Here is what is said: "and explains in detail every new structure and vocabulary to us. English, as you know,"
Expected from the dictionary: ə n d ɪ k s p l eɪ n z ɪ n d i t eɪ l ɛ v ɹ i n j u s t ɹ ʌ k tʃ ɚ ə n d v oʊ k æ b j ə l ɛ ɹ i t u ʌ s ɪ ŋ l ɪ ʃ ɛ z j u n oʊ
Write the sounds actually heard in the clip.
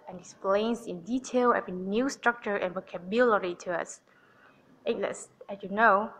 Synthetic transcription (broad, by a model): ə n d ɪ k s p l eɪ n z ɪ n d i t eɪ l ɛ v i n j u s t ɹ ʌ k tʃ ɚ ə n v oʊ k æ b j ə l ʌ ɹ i t u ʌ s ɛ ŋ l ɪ s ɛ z j u n oʊ